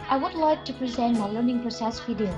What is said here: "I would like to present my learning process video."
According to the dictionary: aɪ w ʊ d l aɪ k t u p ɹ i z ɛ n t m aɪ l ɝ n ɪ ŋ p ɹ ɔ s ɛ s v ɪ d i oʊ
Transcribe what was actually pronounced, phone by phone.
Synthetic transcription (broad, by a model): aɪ w ʊ d l aɪ k t u p ɹ i z ɛ n t m aɪ l ɝ n ɪ ŋ p ɹ ɔ s ɛ s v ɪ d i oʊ